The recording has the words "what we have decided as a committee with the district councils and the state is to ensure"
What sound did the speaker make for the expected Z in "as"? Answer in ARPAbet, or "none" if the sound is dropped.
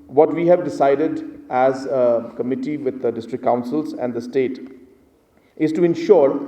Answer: Z